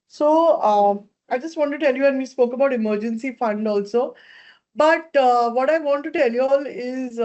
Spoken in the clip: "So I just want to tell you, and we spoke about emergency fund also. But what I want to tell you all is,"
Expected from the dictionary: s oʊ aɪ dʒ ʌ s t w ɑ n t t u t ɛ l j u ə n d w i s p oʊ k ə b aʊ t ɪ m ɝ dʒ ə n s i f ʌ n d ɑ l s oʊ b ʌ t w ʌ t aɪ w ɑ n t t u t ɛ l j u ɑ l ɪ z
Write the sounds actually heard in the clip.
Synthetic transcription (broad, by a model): s oʊ aɪ dʒ ʌ s t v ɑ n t t u t ɛ l j u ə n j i s p oʊ k ə b aʊ t ɪ m ɝ dʒ ə n s i f ʌ n d ɑ l s oʊ b ʌ t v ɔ t aɪ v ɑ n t t u t ɛ l j u ɑ l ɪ z